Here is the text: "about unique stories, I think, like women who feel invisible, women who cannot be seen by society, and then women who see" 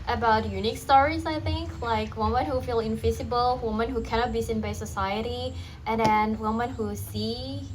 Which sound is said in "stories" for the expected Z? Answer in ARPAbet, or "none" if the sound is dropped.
Z